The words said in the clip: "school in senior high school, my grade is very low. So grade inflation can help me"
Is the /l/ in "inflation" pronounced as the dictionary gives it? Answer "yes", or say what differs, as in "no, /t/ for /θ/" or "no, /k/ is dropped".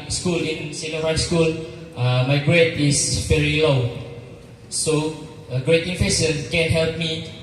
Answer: no, /l/ is dropped